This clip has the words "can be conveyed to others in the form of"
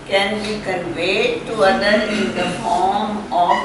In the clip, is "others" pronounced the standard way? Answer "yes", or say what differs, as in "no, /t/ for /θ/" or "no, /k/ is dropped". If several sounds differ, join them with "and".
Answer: no, /z/ is dropped